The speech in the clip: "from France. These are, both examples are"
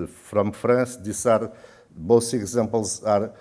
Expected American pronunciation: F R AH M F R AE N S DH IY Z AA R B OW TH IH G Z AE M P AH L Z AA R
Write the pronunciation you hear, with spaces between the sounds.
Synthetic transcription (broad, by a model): F R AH M F R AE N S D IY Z AA R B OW S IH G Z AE M P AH L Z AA R